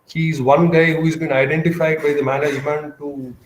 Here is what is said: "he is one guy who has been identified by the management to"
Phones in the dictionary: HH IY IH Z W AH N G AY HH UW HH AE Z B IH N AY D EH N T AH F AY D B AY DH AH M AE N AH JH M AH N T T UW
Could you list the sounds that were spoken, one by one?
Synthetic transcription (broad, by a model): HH IY IH Z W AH N G AY HH UW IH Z B IH N AY D EH N T AH F AY D B AY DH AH M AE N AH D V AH N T T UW